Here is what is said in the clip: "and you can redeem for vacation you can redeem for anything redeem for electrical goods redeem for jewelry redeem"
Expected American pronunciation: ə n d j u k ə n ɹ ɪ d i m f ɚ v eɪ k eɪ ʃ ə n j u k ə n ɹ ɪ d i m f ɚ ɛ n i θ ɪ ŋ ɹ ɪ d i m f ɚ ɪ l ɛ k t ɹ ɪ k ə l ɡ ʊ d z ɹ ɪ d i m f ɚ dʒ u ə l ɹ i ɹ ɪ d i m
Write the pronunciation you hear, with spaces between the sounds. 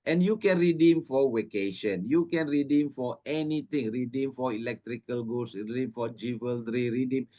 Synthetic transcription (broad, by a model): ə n j u k ə n ɹ ɪ d i m f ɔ w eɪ k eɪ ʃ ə n j u k ə n ɹ ɪ d i m f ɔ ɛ n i t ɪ ŋ ɹ ɪ d i m f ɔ ɪ l ɛ k t ɹ ɪ k ə l ɡ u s ɹ ɪ d i m f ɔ dʒ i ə l ɹ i ɹ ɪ d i m